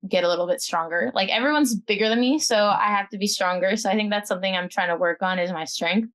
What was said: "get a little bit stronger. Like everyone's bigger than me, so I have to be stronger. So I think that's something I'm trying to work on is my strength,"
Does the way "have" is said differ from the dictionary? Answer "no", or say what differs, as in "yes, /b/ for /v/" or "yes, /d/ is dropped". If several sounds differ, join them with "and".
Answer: yes, /f/ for /v/